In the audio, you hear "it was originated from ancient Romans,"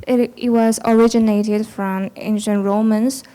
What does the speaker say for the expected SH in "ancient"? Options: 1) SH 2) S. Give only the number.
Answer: 1